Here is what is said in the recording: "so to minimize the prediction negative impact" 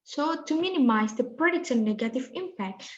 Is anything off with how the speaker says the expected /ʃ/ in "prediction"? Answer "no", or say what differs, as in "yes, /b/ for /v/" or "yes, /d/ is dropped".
yes, /s/ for /ʃ/